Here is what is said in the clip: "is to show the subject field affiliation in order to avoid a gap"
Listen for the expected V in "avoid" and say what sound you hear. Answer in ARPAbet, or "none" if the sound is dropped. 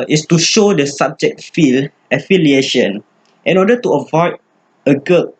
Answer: V